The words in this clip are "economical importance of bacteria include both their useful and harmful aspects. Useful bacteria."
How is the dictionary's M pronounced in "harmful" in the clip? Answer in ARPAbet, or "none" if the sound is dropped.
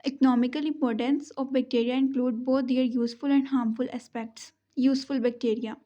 M